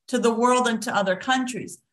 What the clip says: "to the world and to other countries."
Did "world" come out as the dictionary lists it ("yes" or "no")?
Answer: yes